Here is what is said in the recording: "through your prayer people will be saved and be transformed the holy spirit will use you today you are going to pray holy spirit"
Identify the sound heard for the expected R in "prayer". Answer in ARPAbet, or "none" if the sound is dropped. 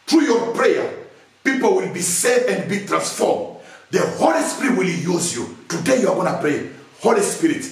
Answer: R